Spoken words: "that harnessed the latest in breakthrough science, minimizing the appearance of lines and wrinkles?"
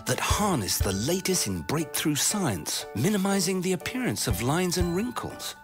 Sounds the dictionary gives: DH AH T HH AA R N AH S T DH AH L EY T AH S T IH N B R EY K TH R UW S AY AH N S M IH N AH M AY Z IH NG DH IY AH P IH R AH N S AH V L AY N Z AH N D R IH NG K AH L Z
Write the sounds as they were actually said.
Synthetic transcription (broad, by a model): DH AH T HH AA R N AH S DH AH L EY T AH S T IH N B R EY K TH R UW S AY AH N S M IH N AH M AY Z IH NG DH IY AH P IH R AH N S AH V L AY N Z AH N R IH NG K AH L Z